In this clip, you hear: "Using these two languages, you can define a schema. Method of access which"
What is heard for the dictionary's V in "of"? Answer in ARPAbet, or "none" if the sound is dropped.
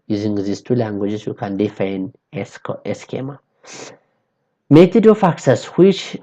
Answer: F